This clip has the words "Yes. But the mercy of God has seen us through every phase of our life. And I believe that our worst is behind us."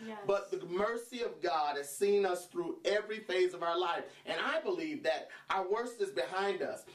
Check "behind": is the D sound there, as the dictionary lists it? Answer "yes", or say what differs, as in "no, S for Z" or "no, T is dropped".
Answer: yes